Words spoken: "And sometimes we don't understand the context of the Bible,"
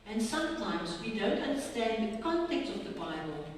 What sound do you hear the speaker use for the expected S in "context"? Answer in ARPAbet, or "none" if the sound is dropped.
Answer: none